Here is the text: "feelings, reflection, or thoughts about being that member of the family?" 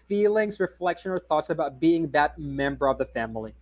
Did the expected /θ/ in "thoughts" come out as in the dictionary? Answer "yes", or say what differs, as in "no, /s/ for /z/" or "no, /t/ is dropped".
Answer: yes